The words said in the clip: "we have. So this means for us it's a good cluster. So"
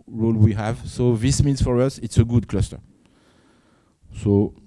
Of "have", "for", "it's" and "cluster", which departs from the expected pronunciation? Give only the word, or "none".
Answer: none